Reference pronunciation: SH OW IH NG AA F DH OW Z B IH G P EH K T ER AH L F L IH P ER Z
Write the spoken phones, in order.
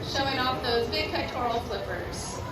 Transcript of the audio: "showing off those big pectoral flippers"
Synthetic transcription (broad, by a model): SH OW IH NG AA F DH OW Z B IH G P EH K T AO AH L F L IH P ER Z